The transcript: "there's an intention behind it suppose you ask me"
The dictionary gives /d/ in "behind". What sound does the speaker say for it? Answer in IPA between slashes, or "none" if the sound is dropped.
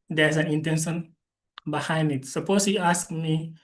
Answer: none